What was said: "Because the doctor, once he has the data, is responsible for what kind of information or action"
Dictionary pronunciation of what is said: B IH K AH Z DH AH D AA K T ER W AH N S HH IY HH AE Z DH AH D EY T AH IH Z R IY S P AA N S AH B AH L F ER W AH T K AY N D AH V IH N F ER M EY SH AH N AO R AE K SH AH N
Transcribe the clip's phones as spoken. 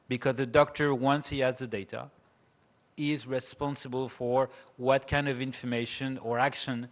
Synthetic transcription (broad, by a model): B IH K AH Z DH AH D AA K T ER W AH N S HH IY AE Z DH AH D EY T AH IH Z R IY S P AA N S AH B AH L F ER W AH T K AY N D AH V IH N F ER M EY SH AH N AO R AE K SH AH N